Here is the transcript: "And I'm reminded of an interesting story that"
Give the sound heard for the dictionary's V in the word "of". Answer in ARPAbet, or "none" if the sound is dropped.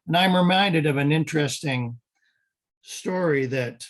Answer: V